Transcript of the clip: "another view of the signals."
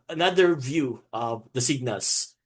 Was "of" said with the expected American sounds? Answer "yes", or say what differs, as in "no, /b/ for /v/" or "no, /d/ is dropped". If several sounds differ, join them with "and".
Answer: yes